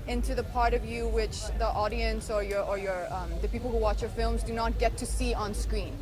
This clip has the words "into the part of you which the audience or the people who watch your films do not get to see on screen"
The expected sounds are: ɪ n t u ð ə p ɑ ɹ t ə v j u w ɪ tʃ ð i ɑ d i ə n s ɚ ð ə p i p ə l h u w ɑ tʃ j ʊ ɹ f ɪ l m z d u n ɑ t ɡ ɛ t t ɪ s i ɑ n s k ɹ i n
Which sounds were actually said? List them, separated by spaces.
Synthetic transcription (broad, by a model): ɪ n t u ð ə p ɑ ɹ t ə v j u w ɪ tʃ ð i ɑ d i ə n s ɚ ð ə p i p l h u w ɑ tʃ j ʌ ɹ f ɪ l m z d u n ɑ t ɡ ɛ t t ɪ s i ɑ n s k ɹ i n